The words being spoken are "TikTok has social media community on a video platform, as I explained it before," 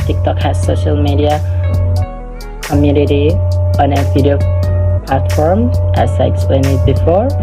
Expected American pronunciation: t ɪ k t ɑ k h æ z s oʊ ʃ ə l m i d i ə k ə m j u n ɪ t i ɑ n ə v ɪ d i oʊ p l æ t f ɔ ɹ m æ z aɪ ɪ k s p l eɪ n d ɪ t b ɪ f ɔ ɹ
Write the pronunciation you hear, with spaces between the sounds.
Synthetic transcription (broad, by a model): t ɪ k t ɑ k h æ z s oʊ ʃ ə l m i d i ə k ə m j u n ɪ t i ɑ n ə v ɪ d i oʊ p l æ t f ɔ ɹ m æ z aɪ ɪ k s p l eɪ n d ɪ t b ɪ f ɔ ɹ